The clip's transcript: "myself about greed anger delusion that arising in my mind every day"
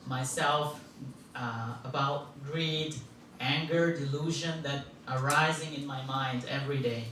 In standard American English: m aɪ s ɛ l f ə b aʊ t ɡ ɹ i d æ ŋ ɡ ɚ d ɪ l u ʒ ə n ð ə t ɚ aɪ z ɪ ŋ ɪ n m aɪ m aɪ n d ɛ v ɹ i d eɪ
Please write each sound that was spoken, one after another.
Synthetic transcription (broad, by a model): m aɪ s ɛ l f ə b aʊ t ɡ ɹ i d æ ŋ ɡ ɚ d ɪ l u ʒ ə n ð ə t ɚ aɪ z ɪ ŋ ɪ n m aɪ m aɪ n d ɛ v ɹ i d eɪ